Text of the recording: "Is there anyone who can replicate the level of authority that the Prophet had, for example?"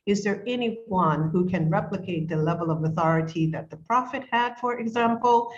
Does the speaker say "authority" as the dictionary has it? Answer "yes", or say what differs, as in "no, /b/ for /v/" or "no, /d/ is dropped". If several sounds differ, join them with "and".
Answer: yes